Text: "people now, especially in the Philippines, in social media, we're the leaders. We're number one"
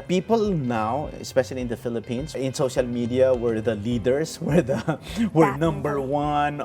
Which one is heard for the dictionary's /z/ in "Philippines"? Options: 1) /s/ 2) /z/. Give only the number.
1